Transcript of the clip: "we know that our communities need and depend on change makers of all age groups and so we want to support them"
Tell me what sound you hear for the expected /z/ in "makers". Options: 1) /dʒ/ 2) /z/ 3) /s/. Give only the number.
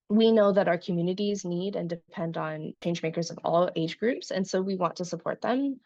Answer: 2